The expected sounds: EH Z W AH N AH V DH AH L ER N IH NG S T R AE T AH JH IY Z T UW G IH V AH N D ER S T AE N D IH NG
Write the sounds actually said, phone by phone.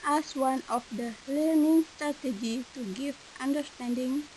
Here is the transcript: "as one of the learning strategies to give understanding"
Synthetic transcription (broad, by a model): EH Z W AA N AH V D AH L ER N IH NG S T R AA T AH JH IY T UW G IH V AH N D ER S T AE N D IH NG